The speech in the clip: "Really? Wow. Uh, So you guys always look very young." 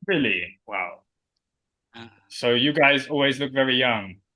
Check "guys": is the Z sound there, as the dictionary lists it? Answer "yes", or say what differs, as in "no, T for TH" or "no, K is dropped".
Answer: yes